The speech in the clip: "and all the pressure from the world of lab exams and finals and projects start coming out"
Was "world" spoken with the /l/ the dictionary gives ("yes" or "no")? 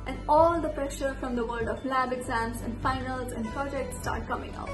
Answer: no